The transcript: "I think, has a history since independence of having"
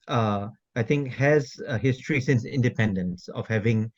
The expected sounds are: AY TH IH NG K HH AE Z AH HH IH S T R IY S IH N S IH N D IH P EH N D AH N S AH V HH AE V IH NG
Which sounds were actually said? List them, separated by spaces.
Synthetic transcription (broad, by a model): AY T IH NG K HH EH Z AH HH IH S T R IY S IH N S IH N D IH P EH N D AH N S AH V HH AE V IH NG